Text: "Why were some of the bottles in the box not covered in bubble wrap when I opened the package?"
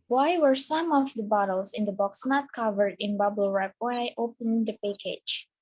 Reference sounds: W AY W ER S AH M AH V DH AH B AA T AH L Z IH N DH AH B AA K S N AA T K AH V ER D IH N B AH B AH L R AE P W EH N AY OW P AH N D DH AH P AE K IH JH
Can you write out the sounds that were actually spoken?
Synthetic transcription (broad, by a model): W AY W ER S AH M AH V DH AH B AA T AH L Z IH N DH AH B AA K S N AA T K AH V ER D IH N B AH B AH L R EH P W EH N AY OW P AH N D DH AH P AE K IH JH